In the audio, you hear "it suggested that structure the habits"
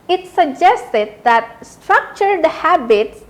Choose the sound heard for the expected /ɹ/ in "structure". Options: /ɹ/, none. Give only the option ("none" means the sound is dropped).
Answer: /ɹ/